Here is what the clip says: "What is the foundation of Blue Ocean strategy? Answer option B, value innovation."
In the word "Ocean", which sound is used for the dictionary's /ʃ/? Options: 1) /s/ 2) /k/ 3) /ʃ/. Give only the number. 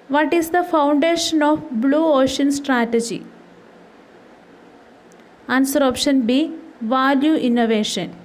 3